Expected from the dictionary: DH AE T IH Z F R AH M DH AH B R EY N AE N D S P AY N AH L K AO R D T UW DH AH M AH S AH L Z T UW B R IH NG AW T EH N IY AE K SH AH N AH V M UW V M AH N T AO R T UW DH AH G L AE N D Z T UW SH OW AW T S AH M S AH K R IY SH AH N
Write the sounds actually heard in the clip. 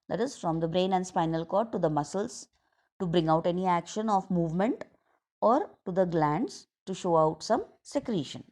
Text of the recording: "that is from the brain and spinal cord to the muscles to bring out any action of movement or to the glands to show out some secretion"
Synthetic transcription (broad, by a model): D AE T IH Z F R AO M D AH B R EY N AE N D S P AY N AH L K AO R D T UW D AH M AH S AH L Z T UW B R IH NG AW T EH N IY AE K SH AH N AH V M UW V M AH N T AO R T UW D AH G L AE N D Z T UW SH OW AW T S AH M S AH K R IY SH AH N